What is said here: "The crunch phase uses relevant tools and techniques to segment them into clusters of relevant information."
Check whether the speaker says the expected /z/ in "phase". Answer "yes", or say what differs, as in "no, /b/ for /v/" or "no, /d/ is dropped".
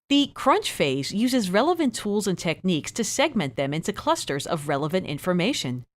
yes